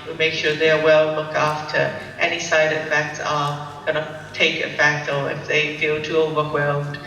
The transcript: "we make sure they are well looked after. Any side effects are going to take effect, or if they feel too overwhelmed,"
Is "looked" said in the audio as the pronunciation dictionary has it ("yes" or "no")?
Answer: no